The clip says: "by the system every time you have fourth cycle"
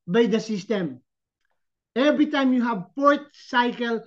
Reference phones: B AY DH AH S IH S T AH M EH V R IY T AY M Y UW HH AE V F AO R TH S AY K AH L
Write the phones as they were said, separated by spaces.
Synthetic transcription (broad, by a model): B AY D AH S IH S T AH M EH V R IY T AY M Y UW HH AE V P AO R T S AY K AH L